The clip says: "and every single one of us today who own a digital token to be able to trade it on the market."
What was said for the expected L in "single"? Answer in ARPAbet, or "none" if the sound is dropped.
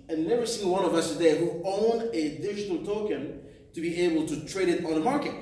N